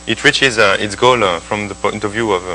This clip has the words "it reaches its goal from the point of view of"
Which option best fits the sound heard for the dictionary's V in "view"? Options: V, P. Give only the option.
V